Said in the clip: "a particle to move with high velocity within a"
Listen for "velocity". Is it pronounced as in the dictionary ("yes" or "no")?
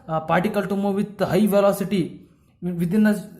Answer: yes